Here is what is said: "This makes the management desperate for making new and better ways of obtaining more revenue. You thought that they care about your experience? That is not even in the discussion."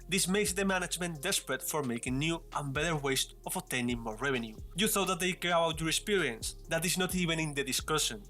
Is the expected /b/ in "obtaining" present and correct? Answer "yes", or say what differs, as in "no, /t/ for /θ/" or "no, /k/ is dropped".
no, /b/ is dropped